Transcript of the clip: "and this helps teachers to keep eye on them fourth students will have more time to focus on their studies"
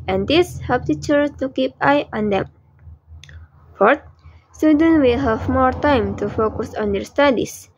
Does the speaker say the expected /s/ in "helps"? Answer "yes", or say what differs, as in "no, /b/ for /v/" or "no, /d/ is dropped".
no, /s/ is dropped